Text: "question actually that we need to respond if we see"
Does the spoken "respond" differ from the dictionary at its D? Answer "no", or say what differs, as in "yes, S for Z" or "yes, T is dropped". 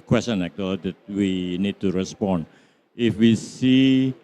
yes, D is dropped